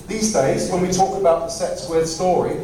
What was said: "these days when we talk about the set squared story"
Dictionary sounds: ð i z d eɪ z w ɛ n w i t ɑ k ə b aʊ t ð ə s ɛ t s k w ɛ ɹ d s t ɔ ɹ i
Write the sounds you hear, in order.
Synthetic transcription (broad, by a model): ð i z d eɪ z w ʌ n w i t ɑ k ə b aʊ t ð ə s ɛ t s w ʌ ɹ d s t ɔ ɹ i